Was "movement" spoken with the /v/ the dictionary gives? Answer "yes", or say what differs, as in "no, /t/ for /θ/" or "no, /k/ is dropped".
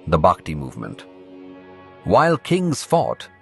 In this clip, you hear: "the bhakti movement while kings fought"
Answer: yes